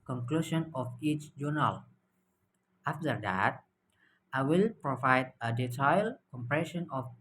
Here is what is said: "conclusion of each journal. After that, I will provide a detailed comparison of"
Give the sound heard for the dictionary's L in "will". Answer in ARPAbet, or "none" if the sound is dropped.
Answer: L